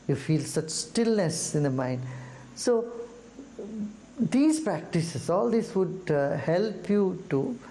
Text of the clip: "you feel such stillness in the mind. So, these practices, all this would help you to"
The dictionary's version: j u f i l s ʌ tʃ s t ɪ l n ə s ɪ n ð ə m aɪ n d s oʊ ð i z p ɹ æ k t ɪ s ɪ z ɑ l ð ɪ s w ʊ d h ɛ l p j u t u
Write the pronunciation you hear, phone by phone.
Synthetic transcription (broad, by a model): j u f i l s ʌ tʃ s t ɪ l n ə s ɪ n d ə m aɪ n d s oʊ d i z p ɹ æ k t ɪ s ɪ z ɑ l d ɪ s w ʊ d h ɛ l p j u t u